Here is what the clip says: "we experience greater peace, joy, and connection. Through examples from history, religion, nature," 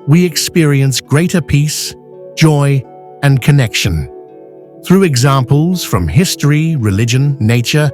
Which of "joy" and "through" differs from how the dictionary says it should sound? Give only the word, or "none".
none